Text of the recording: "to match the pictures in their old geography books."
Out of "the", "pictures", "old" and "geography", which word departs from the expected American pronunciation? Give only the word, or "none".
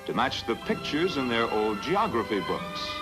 none